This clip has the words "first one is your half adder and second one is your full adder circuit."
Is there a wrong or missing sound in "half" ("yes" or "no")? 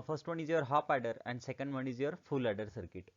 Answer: yes